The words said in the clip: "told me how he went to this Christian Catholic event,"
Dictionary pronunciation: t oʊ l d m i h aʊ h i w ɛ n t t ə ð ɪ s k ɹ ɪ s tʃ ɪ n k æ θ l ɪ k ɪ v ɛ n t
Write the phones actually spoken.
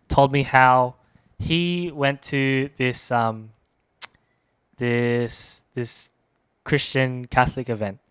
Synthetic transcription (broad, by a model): t oʊ l d m i h aʊ h i w ɛ n t s ə ð ɪ s k ɹ ɪ s tʃ ɪ n k æ θ l ɪ k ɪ v ɛ n t